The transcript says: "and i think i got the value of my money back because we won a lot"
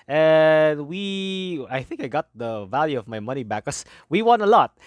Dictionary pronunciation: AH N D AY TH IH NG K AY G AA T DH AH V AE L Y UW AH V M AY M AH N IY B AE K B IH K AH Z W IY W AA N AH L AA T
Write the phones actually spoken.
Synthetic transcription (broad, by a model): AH N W AY TH IH NG K AY G AA T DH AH V AE L Y UW AH V M AY M AH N IY B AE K K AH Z W IY W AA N AH L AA T